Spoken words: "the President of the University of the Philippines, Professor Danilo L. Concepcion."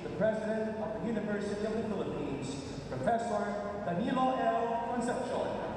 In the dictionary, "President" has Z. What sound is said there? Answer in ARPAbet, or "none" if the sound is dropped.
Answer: Z